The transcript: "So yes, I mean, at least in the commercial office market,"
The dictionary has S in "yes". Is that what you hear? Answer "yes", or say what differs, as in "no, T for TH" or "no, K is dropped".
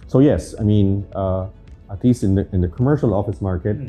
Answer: yes